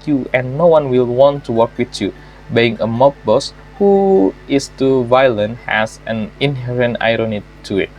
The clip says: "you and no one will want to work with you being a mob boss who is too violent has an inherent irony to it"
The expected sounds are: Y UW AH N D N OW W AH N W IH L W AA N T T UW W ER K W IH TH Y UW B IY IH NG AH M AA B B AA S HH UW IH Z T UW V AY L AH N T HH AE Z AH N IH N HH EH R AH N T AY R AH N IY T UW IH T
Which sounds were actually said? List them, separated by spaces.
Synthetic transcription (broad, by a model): Y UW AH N N OW W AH N W IH L W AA N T T UW W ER K W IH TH Y UW B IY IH NG AH M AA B B AA S HH UW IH S T UW V AY L AH N T HH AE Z AH N IH N HH EH R AH N T AY R AH N IY T UW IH T